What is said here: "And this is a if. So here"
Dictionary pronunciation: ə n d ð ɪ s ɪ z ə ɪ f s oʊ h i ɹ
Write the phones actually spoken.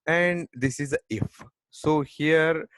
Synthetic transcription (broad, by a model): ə n d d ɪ s ɪ z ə ɪ f s oʊ h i ɹ